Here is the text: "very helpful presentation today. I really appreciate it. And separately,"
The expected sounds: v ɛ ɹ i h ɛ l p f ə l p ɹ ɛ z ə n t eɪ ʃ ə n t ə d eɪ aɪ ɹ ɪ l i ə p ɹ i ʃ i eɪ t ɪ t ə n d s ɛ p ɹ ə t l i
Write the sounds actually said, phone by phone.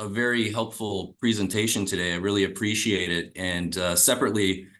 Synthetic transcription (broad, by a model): v ɛ ɹ i h ɛ l p f l p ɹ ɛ z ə n t eɪ ʃ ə n t ə d eɪ aɪ ɹ ɪ l i ə p ɹ i ʃ i eɪ t ɪ t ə n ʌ s ɛ p ɹ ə t l i